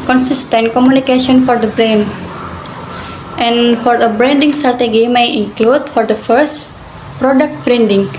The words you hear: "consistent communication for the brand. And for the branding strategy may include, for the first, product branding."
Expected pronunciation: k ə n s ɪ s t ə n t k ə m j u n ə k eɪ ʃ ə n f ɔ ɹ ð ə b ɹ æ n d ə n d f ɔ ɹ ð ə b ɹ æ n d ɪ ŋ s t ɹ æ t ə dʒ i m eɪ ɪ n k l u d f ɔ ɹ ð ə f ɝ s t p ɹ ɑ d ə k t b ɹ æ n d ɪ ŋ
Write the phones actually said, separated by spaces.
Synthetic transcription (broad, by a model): k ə n s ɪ s t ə n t k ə m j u n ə k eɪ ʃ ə n f ɔ ɹ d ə b ɹ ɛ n ə n f ɔ ɹ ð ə b ɹ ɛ n d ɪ ŋ s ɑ ɹ t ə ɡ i m eɪ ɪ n k l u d f ɔ ɹ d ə f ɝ s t p ɹ ɑ d ə k t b ɹ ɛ n d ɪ ŋ